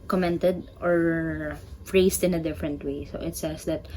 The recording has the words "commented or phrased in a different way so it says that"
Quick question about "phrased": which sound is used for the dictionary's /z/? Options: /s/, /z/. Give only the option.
/s/